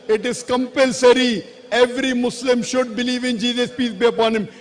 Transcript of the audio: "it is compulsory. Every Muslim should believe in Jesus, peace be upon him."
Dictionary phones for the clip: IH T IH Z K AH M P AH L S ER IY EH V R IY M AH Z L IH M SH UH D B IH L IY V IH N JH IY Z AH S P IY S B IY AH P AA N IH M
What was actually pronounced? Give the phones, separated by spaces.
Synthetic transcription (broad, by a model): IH T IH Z K AH M P AH L S ER IY EH V R IY M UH S L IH M SH UH D B IH L IY V IH N JH IY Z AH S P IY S B IY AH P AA N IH M